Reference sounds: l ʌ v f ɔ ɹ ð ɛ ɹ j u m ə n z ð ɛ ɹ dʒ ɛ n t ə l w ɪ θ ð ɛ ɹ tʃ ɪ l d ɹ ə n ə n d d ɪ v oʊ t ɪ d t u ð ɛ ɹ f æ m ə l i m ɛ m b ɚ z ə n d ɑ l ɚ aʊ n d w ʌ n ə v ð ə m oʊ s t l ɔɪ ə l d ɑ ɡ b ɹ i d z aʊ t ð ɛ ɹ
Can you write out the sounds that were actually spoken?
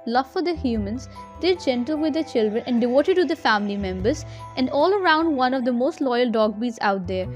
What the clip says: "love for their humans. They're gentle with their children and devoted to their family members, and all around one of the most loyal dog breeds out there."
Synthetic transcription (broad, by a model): l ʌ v f ɔ ɹ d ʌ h j u m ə n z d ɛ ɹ dʒ ɛ n t ə l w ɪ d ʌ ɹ tʃ ɪ l d ɹ ə n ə n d d ɪ v oʊ t ɪ d t u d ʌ f æ m ə l i m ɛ m b ɚ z ə n d ɑ l ɚ aʊ n d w ʌ n ə v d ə m oʊ s t l ɔɪ ə l d ɑ ɡ b i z aʊ t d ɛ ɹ